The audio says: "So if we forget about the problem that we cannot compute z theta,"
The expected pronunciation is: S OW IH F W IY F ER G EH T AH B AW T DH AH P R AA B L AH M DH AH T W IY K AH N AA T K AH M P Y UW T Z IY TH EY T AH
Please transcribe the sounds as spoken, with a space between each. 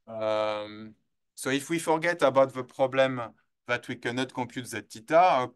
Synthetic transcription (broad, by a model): S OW IH F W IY F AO G EH T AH B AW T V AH P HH AA B L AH M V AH T W IY K AH N AA T K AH P Y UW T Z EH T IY T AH